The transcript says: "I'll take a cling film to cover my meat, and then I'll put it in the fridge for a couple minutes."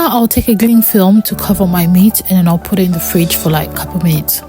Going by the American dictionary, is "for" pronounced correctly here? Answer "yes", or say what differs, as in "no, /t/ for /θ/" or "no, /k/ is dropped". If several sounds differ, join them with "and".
no, /l/ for /ɹ/